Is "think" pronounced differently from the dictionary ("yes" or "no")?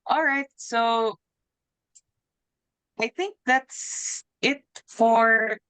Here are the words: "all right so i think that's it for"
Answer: no